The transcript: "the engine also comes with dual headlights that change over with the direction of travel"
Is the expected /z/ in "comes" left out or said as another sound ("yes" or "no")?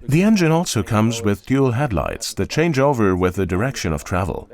no